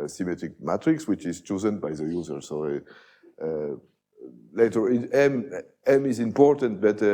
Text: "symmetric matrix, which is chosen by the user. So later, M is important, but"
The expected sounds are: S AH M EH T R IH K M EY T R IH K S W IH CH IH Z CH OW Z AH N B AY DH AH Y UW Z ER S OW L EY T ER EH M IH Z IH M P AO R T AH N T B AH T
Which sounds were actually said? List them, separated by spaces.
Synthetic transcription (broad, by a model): S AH M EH T R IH K M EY T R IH K S W IH CH IH Z CH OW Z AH N B AY DH AH Y UW Z ER S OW L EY T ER EH M IH Z IH M P AO R T AH N T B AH T